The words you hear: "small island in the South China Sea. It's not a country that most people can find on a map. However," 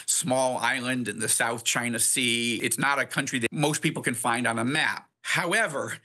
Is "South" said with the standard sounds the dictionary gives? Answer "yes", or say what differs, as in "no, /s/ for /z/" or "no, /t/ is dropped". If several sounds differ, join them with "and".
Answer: yes